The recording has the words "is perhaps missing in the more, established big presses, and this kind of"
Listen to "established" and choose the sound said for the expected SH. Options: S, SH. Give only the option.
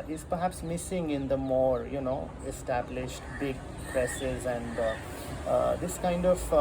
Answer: SH